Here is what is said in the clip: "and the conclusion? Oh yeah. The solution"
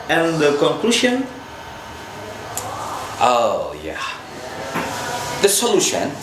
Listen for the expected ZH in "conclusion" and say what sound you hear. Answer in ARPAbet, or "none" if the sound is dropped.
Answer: SH